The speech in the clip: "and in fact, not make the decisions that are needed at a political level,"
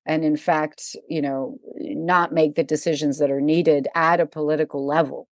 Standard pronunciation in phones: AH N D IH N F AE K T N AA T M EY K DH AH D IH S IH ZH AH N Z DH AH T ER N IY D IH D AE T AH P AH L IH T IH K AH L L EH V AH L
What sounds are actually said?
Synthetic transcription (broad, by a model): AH N IH N F AE K T N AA T M EY K DH AH D IH S IH ZH AH N Z DH AH T ER N IY D IH D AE T AH P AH L IH T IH K L L EH V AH L